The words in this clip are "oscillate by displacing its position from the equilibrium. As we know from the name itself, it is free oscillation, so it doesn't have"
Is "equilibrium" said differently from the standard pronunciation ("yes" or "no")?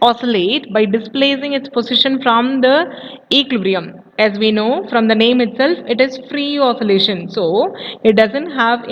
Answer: yes